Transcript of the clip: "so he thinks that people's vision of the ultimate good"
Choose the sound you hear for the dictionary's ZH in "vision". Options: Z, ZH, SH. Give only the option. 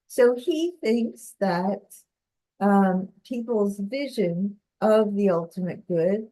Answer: ZH